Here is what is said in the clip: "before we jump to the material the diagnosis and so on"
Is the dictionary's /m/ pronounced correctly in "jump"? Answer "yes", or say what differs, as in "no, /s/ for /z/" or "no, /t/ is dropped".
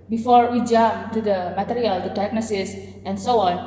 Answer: no, /m/ is dropped